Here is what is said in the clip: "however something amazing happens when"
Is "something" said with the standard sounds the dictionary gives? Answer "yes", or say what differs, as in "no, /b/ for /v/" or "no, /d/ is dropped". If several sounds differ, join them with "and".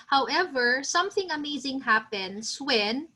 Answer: yes